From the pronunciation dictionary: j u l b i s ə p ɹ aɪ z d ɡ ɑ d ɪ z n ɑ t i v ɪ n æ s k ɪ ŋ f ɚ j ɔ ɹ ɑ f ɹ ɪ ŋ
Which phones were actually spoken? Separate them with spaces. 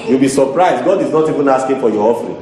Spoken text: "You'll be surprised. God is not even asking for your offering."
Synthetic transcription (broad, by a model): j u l b i s ə p ɹ aɪ z d ɡ ɑ d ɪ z n ɑ t i v ɪ n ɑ s k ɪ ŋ f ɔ j ɔ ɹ ɑ f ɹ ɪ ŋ